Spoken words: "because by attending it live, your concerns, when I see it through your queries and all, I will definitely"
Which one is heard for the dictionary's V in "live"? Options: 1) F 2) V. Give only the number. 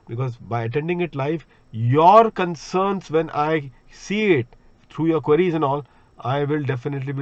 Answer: 1